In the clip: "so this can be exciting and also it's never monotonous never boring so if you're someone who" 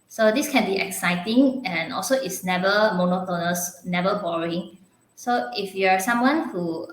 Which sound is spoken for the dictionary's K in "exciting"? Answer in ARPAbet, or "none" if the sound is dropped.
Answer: K